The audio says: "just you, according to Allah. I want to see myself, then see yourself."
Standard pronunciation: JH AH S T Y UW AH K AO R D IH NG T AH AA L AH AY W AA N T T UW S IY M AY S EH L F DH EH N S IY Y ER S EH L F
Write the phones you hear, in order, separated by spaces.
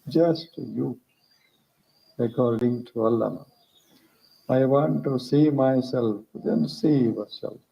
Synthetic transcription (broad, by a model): JH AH S T Y UW AH K AO R D IH NG T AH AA N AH AY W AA N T T UW S IY M AY S EH L F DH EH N S IY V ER S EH L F